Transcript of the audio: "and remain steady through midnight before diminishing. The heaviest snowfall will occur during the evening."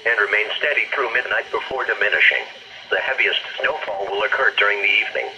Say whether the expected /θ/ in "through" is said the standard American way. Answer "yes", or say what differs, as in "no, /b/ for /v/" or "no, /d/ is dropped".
yes